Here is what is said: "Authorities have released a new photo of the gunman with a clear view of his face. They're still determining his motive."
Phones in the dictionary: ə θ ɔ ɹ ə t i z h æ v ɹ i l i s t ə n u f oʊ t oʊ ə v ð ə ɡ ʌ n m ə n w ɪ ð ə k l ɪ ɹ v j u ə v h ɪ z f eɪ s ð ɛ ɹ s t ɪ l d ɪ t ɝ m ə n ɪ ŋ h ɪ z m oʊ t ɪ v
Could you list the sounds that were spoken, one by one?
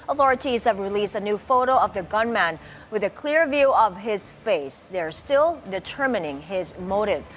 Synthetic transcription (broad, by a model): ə θ ɔ ɹ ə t i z h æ v ɹ i l i s t ə n u f oʊ t oʊ ə v ð ə ɡ ʌ n m ə n w ɪ ð ə k l ɪ ɹ v j u ə v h ɪ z f eɪ s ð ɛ ɹ s t ɪ l d ɪ t ɝ m ə n ɪ ŋ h ɪ z m oʊ t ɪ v